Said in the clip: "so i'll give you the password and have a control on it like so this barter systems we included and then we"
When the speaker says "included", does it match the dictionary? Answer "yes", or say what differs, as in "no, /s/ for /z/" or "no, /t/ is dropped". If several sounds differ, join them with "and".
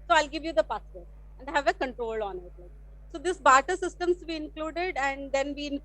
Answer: yes